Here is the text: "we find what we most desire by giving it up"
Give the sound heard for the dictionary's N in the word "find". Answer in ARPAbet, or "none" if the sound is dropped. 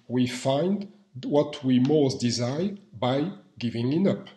N